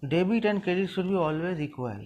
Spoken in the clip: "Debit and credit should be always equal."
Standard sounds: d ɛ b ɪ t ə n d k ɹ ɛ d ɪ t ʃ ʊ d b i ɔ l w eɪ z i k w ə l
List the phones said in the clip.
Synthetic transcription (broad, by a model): d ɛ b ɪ t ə n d k ɛ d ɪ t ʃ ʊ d b i ɔ l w eɪ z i k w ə l